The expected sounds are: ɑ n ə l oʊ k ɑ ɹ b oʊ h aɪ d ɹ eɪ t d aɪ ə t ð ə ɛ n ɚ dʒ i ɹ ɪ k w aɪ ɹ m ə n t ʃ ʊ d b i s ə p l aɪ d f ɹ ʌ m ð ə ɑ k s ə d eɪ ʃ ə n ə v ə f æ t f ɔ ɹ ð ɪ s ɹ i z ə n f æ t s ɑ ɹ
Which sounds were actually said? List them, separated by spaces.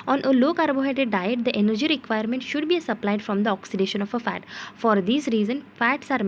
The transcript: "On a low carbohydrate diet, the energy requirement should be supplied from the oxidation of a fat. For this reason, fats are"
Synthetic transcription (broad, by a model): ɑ n ə l oʊ k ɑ ɹ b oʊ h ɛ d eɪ d aɪ ə t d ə ɛ n ɚ dʒ i ɹ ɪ k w aɪ ɹ m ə n t ʃ ʊ d b i s ə p l aɪ d f ɹ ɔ m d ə ɑ k s ə d eɪ ʃ ə n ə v ə f æ t f ɔ ɹ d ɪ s ɹ i z ə n f æ t s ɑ ɹ